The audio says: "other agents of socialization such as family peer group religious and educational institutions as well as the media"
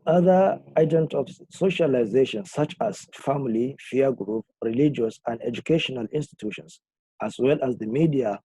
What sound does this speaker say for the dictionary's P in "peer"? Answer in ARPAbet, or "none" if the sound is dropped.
F